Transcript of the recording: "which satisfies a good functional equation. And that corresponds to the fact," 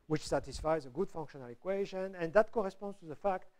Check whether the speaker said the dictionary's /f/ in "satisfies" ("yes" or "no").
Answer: yes